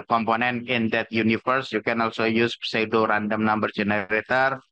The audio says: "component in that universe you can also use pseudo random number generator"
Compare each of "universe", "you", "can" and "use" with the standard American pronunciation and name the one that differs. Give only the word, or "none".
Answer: universe